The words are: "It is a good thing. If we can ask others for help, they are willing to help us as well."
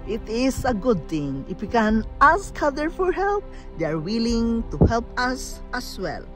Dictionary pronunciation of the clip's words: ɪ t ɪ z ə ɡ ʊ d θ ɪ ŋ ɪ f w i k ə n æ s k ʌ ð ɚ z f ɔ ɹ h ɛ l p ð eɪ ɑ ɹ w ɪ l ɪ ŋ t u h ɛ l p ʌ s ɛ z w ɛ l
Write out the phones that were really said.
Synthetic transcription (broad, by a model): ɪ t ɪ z ə ɡ ʊ d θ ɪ ŋ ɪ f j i k ə n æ s k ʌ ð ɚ f ɔ ɹ h ɛ l p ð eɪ ɑ ɹ w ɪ l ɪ ŋ t u h ɛ l p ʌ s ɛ s w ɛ l